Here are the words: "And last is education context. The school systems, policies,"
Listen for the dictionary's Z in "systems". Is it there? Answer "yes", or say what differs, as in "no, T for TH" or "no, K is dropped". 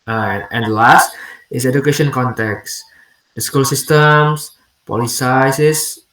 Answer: no, S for Z